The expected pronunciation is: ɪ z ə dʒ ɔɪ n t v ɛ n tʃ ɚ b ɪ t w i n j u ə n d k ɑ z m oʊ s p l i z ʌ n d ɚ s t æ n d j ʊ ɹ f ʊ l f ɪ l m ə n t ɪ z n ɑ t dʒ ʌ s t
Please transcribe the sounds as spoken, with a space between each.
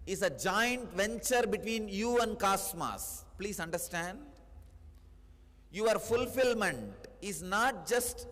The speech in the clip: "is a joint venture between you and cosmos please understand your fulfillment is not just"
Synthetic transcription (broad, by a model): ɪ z ə dʒ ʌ n t v ɛ n tʃ ɚ b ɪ t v i n j u ə n d k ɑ s m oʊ s p l i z ʌ n d ɚ s t æ n d j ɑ ɹ f ʊ l f ɪ l m ə n t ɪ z n ɑ t dʒ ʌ s t